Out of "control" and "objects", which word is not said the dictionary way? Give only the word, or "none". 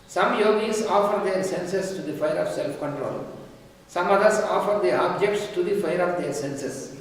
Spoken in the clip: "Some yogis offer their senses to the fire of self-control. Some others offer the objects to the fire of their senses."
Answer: none